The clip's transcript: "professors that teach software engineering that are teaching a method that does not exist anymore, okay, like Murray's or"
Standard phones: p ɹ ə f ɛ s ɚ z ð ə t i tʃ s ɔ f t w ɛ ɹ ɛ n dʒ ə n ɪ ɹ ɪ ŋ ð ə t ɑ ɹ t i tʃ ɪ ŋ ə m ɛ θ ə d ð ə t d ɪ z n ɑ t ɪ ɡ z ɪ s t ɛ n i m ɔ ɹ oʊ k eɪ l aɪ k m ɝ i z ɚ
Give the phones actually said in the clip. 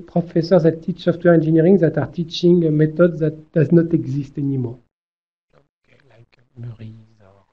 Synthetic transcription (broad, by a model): p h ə f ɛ s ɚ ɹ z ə t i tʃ s ɔ f t w ɛ ɹ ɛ n ʒ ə n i ɹ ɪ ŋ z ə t ɑ ɹ t i tʃ ɪ ŋ m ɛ t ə d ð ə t d ɪ z n ɑ t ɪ ɡ z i s t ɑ n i m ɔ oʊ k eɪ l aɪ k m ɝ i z